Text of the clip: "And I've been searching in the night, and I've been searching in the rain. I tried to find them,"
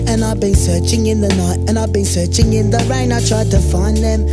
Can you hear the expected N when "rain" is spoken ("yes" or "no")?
yes